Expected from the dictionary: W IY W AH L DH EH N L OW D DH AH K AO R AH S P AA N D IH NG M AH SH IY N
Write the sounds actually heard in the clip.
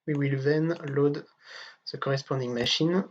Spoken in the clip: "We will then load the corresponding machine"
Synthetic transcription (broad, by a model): W IY W AH L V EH N L OW D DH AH K AO R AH S P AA D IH NG M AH SH IY N